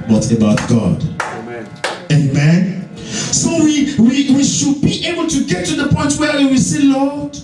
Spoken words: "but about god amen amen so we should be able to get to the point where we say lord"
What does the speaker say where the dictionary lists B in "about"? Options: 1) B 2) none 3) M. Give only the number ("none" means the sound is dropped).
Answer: 1